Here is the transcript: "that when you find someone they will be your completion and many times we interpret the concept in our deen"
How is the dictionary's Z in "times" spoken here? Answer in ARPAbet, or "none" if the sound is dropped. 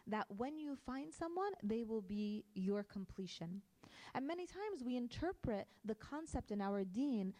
Z